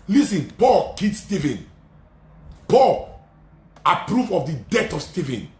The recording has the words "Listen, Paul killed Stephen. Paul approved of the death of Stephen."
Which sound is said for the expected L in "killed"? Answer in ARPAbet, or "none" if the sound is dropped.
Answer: none